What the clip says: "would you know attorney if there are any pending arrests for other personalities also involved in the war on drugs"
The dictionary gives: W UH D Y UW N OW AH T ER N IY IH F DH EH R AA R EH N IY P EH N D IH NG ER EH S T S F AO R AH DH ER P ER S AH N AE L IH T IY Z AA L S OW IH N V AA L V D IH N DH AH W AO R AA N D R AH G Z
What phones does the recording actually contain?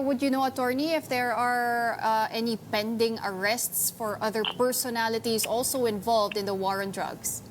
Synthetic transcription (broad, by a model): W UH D Y UW N OW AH T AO N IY IH F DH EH R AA R EH N IY P EH N D IH NG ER EH S T S F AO R AH DH ER P ER S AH N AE L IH T IY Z AA L S OW IH N V AA L V D IH N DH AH W AO R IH N D R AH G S